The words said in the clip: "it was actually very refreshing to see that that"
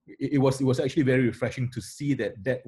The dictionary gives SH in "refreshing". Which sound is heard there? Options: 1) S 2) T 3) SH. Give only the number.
3